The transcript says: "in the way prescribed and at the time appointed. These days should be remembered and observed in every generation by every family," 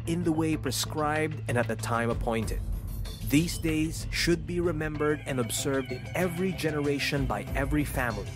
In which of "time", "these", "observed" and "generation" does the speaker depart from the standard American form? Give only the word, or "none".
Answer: none